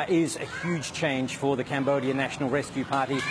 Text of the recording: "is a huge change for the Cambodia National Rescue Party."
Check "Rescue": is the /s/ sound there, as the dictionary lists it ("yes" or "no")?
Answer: yes